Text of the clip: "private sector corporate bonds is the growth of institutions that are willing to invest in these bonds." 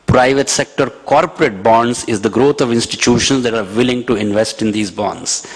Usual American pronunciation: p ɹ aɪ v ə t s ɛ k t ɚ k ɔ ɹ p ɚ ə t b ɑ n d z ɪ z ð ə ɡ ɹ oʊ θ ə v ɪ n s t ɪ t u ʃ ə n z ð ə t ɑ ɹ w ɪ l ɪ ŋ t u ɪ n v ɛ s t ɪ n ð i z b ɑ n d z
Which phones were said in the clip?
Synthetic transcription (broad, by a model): p ɹ aɪ v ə t s ɛ k t ɚ k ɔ ɹ p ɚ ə t b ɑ n d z ɪ z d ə ɡ ɹ oʊ t ə v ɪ n s t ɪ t u ʃ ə n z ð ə t ɑ ɹ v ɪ l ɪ ŋ t u ɪ n v ɛ s t ɪ n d i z b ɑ n d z